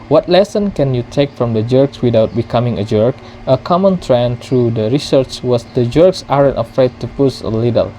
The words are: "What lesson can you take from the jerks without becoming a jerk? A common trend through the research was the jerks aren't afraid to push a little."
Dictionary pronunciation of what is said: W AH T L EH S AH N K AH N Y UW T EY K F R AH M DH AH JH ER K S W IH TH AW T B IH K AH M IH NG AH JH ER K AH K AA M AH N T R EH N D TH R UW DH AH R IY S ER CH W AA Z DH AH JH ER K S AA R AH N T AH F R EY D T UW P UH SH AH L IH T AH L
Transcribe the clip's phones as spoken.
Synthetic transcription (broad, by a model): W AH T L EH S AH N K AH N Y UW T EY K F R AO M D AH JH ER K S W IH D AW T B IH K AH M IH NG AH JH ER K AH K AA M AH N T R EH N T R UW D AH R IY S ER CH W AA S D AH JH ER K S AA R AH N T AH F R EY D T UW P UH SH AH L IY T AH L